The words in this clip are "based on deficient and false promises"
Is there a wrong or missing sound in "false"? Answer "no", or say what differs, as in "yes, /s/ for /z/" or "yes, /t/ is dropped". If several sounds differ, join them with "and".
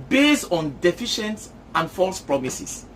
no